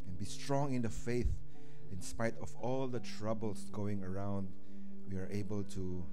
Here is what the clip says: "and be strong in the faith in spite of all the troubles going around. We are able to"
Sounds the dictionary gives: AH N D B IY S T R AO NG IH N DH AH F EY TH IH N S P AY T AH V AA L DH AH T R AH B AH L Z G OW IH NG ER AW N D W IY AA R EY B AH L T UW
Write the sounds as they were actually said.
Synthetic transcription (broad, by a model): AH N B IY S T R AO NG IH N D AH F EY TH IH N S P AY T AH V AA L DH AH T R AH B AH L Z G OW IH NG ER AW N D W IY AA R EY B AH L T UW